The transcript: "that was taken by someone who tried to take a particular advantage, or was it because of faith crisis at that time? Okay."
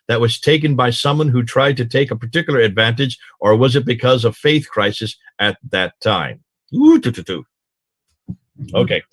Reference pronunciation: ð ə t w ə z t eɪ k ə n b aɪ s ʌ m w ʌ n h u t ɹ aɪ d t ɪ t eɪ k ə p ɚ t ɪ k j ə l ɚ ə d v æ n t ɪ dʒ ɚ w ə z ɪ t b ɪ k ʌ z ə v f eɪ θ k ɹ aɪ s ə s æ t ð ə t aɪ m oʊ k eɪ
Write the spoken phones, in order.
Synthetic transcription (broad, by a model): ð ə t w ə z t eɪ k ə n b aɪ s ʌ m w ʌ n h u t ɹ aɪ d t ɪ t eɪ k ə p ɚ t ɪ k j l ɚ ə d v æ n t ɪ dʒ ɚ w ə z ɪ t b ɪ k ʌ z ə v f eɪ θ k ɹ aɪ s ə s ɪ t ð ə t aɪ m oʊ k eɪ